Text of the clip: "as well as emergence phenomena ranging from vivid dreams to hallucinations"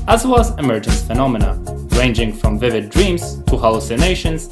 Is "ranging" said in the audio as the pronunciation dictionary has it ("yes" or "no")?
yes